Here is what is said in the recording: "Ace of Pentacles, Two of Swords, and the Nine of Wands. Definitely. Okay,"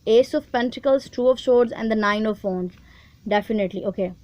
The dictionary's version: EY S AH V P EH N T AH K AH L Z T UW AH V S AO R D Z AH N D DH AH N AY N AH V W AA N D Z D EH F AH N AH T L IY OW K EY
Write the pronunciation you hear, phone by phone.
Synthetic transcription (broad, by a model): EY S AH V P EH N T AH K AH L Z T UW AH V SH AO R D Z AH N D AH N AY N AH V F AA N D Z D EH F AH N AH T L IY OW K EY